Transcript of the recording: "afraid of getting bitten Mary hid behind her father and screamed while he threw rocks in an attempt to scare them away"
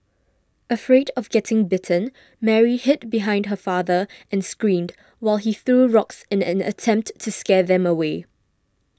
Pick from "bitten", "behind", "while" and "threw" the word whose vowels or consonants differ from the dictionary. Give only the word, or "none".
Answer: none